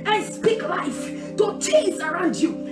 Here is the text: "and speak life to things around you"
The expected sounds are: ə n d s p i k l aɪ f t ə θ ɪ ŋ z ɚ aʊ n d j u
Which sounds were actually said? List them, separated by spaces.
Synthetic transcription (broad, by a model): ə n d s p i k l aɪ f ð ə t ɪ z ɚ aʊ n d j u